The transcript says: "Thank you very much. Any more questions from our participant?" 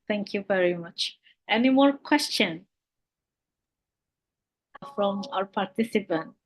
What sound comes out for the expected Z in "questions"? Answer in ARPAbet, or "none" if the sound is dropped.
none